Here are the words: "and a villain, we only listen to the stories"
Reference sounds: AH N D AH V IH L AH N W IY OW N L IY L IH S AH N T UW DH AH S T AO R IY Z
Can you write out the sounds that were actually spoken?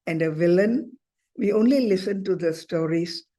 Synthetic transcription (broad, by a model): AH N D AH V IH L AH N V IY OW N L IY L IH S AH N T UW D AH S T AO R IY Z